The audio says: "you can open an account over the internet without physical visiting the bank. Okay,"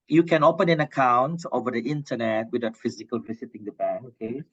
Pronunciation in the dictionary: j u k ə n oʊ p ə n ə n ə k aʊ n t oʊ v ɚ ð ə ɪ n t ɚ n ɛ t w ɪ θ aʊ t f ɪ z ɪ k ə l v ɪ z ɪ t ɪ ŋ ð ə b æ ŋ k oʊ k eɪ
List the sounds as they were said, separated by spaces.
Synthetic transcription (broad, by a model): j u k ə n oʊ p ə n ə n ə k aʊ n t oʊ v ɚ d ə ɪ n t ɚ n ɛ t w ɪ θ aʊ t f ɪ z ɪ k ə l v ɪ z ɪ t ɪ ŋ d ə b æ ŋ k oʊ k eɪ